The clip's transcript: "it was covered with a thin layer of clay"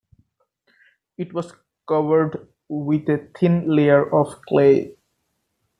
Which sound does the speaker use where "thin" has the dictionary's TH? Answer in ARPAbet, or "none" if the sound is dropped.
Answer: T